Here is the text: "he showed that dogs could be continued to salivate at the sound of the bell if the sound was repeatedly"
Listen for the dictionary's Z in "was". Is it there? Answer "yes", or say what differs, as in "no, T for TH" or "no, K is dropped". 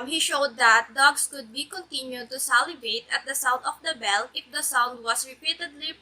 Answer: no, S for Z